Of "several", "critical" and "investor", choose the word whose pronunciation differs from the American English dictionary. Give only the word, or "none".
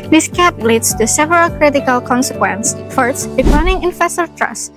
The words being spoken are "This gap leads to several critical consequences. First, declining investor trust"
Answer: investor